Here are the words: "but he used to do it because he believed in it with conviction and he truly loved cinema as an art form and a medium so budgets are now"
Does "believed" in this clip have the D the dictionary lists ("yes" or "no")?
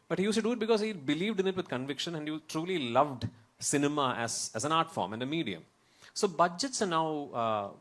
yes